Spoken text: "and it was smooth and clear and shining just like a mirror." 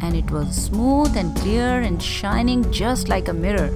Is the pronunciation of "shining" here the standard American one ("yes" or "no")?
yes